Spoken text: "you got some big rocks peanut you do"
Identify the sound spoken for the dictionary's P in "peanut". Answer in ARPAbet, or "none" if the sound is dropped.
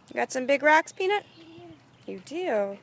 P